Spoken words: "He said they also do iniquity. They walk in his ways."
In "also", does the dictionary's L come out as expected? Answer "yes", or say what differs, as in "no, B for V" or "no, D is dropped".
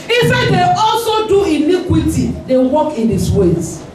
yes